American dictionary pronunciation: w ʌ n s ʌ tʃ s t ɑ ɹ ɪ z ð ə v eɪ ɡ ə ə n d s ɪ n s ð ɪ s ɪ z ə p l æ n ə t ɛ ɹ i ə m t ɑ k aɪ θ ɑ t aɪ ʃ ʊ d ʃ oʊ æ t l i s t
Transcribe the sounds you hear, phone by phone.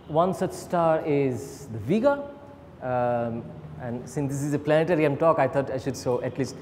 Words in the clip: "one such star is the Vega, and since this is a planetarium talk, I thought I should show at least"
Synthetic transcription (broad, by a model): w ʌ n s ʌ tʃ s t ɑ ɹ ɪ z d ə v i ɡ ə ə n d s ɪ n s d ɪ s ɪ z ə p l æ n ə t ɛ ɹ i ə m t ɑ k aɪ t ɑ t aɪ ʃ ʊ d s oʊ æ t l i s t